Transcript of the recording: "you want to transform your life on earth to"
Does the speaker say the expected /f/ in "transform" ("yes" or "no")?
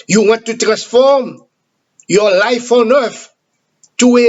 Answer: yes